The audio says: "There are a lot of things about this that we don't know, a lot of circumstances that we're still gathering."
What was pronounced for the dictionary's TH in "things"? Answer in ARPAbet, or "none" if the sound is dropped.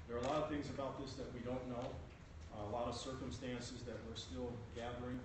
TH